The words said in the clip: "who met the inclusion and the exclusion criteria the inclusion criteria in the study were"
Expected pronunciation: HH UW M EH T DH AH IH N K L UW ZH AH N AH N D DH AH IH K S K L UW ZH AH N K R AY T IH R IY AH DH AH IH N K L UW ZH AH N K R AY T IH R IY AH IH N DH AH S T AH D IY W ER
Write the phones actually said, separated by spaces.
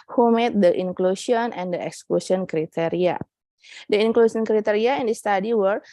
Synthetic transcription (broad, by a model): HH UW M EH T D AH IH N K L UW S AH N AH N D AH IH K S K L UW S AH N K R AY T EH R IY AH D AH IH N K L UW S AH N K R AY T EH R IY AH IH N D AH S T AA D IY W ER